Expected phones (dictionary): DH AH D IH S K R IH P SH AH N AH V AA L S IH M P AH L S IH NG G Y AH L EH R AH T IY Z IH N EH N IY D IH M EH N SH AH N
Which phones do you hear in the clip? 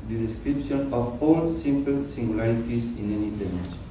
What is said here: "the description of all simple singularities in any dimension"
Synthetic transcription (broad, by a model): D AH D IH S K R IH P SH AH N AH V AA L S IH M P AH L S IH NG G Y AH L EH R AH T IY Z IH N EH N IY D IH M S